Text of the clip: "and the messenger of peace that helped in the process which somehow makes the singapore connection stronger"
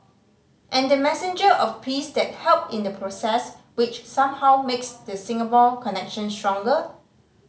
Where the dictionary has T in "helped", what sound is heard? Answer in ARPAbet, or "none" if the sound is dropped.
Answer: none